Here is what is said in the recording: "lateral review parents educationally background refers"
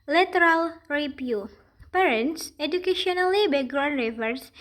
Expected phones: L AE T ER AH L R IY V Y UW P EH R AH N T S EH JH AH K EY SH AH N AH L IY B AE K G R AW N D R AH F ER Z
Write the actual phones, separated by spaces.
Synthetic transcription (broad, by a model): L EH T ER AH L R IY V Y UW P EH R AH N T S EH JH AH K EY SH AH N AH L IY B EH G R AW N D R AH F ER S